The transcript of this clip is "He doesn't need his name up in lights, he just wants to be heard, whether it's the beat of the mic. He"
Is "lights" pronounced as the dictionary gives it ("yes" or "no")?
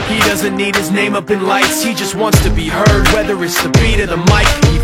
yes